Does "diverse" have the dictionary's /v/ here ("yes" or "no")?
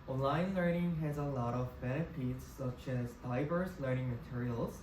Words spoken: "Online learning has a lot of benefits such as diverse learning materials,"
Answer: yes